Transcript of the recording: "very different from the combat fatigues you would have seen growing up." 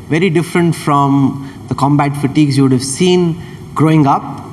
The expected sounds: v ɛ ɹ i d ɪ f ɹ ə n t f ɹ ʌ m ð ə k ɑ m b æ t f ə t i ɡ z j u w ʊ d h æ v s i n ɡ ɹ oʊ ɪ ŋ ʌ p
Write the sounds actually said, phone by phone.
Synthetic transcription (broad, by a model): v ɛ ɹ i d ɪ f ɹ ə n t f ɹ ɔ m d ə k ɑ m b æ t f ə t i ɡ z j u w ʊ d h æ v s i n ɡ ɹ oʊ ɪ ŋ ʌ p